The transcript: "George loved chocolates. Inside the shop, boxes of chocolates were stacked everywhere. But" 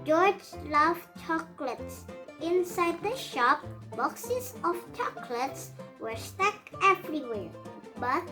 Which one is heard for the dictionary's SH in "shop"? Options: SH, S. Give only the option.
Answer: SH